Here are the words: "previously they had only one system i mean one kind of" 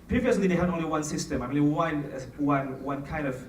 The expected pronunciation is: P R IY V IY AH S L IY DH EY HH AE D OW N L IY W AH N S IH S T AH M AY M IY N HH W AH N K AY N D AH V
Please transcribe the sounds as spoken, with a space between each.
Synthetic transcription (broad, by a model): P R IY V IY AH S L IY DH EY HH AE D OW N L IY W AH N S IH S T AH M AY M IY N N W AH N K AY N D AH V